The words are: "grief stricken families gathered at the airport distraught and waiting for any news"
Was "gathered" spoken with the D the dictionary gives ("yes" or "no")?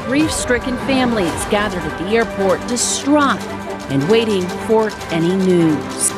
yes